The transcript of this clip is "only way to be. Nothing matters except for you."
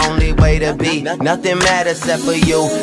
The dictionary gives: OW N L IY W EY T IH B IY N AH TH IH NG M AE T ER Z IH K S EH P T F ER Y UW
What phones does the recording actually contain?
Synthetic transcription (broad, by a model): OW N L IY W EY T IH B IY N AH TH IH NG M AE T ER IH S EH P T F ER Y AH